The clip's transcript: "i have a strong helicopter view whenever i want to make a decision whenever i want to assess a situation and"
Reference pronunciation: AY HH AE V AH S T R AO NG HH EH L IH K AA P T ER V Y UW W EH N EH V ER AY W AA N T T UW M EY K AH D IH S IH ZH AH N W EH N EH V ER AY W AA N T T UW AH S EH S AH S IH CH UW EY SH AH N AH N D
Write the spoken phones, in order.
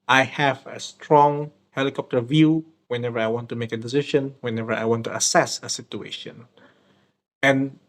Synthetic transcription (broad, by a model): AY HH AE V AH S T R AO NG HH EH L IH K AA P T ER V Y UW W EH N EH V ER AY W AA N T T UW M EY K AH D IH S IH SH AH N W EH N EH V ER AY W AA N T T UW AH S EH S AH S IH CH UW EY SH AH N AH N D